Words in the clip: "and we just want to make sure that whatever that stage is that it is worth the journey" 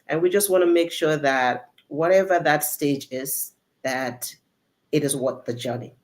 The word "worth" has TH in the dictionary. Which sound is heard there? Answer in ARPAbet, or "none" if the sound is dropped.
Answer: T